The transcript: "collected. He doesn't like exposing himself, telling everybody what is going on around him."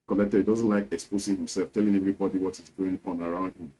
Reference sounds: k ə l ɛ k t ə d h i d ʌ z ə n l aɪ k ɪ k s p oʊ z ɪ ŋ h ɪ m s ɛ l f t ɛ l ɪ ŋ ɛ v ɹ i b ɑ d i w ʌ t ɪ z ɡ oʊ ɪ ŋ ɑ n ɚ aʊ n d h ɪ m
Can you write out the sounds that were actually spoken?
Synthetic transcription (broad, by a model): k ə l ɛ k t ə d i d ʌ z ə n l aɪ k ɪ k s p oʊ s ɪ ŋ h ɪ m s ɛ l f t ɛ l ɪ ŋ ɛ v ɹ i b ɑ d i w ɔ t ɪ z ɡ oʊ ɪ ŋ ɑ n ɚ aʊ n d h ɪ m